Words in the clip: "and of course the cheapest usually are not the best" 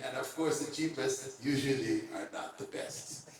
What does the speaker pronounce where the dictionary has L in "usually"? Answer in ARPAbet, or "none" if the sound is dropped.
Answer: L